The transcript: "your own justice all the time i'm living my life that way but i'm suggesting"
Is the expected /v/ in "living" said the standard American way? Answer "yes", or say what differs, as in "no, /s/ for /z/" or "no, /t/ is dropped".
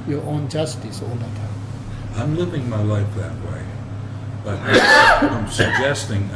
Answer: yes